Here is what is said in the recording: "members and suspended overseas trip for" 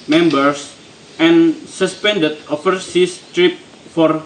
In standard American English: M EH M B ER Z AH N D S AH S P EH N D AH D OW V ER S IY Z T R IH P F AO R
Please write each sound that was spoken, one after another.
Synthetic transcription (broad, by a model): M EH M B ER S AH N S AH S P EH N D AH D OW F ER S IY S T R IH P F AO R